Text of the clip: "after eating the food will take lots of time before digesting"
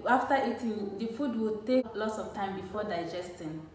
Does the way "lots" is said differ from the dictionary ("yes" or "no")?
no